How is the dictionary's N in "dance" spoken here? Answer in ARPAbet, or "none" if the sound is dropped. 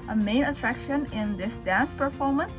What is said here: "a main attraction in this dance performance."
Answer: N